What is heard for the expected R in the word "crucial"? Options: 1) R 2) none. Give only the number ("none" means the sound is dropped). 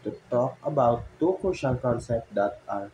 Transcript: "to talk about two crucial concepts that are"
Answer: 2